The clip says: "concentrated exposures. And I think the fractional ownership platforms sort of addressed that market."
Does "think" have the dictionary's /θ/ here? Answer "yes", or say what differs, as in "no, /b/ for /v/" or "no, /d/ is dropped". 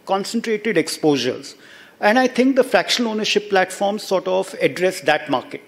no, /t/ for /θ/